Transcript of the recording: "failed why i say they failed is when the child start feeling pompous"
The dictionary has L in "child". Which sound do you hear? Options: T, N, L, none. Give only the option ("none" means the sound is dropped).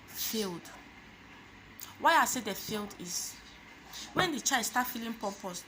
none